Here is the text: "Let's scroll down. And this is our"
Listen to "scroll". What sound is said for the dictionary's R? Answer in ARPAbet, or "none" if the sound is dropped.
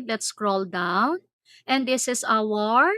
R